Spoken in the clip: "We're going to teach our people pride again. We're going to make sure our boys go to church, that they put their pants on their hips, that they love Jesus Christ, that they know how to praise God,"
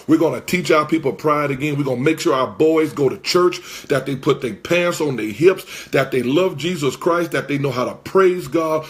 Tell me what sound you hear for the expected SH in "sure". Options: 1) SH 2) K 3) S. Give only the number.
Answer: 1